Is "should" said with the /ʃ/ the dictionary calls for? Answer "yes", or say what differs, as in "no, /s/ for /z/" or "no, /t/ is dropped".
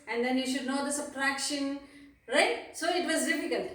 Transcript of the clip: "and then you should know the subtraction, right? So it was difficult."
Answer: yes